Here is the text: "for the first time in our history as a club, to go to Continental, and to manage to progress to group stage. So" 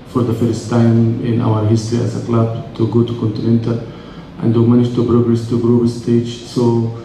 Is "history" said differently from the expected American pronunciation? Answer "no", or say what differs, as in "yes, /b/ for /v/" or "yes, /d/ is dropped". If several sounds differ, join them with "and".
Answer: no